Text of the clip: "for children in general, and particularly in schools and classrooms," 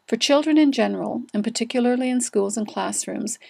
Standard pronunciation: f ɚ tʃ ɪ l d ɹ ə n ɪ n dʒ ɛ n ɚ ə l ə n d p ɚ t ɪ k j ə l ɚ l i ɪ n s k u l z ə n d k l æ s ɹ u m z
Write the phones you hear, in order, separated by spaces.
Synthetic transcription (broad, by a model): f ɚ tʃ ɪ l d ɹ ə n ɪ n dʒ ɛ n ɚ ə l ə n p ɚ t ɪ k j l ɚ l i ɪ n s k u l z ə n k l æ s ɹ u m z